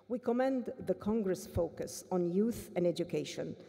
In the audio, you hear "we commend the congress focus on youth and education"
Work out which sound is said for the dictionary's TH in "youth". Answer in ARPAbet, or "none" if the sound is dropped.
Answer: TH